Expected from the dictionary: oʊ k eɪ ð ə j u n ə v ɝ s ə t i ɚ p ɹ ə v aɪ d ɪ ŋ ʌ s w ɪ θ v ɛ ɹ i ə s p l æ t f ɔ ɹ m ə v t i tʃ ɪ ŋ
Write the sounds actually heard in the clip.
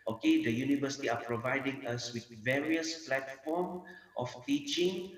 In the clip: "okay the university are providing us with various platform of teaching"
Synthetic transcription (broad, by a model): oʊ k eɪ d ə j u n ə v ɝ s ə t i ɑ p ɹ ə v aɪ d ɪ ŋ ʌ s w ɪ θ v ɛ ɹ i ə s p l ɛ t f ɔ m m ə f t i tʃ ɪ ŋ